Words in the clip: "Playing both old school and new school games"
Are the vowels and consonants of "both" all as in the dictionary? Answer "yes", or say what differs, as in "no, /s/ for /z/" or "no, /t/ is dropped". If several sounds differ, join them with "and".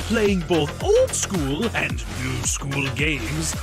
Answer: yes